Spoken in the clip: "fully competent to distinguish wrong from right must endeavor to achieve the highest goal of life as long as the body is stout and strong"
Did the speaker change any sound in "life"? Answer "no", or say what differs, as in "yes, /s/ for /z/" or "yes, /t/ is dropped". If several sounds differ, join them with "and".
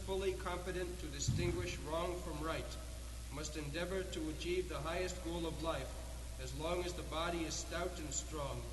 no